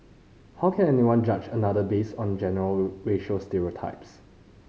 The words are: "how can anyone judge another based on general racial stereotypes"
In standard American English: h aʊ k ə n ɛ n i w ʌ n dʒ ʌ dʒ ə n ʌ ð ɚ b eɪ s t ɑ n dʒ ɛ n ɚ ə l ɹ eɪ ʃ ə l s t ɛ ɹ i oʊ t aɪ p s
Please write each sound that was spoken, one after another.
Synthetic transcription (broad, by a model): h aʊ k ə n ɛ n i w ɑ n dʒ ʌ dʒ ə n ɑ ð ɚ b eɪ s ɑ n dʒ ɛ n ɚ ə l ɹ eɪ ʃ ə s t ɛ ɹ i oʊ t aɪ p s